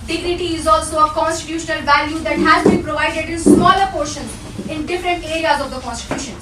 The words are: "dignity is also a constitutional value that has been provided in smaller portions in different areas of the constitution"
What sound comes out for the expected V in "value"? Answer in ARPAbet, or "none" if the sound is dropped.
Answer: V